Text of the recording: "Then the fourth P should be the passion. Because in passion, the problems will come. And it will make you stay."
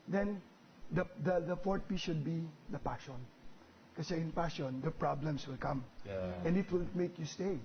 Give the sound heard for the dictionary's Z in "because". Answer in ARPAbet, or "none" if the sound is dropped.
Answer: none